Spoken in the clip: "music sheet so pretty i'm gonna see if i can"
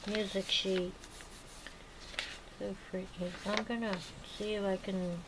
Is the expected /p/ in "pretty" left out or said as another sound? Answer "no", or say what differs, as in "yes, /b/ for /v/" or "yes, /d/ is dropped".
yes, /f/ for /p/